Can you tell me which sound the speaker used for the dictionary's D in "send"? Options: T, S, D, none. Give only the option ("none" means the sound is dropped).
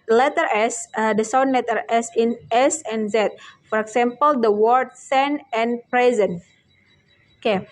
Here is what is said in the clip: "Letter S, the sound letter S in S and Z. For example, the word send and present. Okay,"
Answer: none